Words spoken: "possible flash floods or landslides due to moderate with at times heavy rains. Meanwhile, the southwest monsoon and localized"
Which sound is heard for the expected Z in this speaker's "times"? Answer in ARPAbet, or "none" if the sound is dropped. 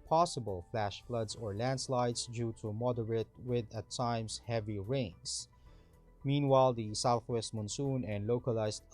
S